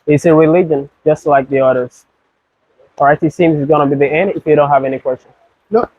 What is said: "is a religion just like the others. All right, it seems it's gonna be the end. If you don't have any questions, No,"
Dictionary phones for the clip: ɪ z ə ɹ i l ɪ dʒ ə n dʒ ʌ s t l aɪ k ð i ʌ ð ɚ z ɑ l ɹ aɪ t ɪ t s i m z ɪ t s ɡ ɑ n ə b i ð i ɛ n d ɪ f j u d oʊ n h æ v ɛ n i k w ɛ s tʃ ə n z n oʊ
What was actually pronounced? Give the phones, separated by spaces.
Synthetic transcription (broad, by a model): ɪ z ə ɹ i l ɪ dʒ ə n dʒ ʌ s t l aɪ k ð i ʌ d ɚ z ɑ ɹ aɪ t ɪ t s i m z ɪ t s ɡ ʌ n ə b i ð i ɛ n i ɪ f j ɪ d oʊ n h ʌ v ɛ n i k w ɛ s tʃ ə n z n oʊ